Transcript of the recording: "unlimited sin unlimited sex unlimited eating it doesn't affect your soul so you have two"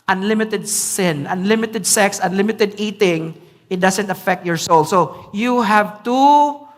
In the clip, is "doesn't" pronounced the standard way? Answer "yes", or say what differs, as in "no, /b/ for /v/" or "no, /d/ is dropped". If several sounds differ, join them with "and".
no, /s/ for /z/